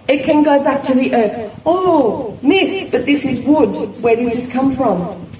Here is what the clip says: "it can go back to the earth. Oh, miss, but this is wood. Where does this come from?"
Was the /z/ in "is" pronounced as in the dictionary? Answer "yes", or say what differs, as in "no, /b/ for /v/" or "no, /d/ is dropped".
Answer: yes